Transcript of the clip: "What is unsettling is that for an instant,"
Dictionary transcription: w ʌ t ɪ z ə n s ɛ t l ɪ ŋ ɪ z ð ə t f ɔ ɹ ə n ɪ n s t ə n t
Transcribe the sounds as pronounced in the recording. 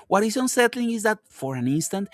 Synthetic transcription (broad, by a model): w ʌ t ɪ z ə n s ɛ t l ɪ ŋ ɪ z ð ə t f ɔ ɹ ə n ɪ n s t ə n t